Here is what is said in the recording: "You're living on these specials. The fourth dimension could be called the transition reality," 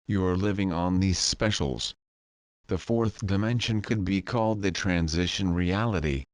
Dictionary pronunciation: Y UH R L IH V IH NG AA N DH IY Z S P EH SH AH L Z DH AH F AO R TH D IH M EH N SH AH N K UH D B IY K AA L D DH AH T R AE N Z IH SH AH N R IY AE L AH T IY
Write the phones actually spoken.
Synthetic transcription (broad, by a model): Y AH R L IH V IH NG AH N DH IY Z S P EH SH L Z DH AH F AO R TH D IH M EH N SH AH N K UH D B IY K AA L D DH AH T R AE N Z IH SH AH N R IY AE L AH T IY